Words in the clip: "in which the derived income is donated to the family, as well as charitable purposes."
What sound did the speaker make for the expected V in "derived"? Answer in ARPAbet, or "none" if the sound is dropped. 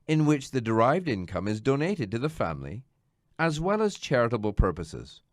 V